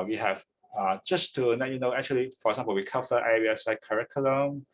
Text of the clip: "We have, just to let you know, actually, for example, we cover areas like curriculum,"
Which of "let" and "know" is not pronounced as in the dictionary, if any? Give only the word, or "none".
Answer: let